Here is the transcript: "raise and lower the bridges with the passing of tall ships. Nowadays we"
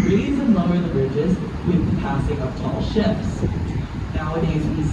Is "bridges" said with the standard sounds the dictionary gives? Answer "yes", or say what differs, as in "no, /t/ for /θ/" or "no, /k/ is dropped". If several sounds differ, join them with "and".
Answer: yes